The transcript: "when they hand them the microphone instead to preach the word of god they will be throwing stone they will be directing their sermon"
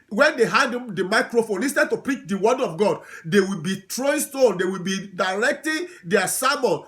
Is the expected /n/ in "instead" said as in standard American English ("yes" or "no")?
no